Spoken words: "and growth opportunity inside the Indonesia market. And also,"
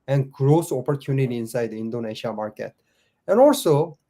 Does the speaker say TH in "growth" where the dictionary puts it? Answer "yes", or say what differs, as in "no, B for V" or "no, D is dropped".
no, S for TH